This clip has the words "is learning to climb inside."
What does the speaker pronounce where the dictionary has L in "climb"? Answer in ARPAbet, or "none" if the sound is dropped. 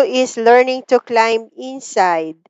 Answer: L